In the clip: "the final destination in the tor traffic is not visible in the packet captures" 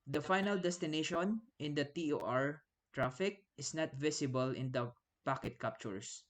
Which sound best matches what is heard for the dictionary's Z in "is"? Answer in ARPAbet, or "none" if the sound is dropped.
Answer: S